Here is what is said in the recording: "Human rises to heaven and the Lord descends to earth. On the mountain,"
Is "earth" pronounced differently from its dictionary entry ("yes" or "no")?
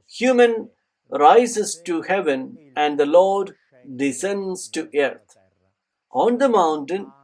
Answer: yes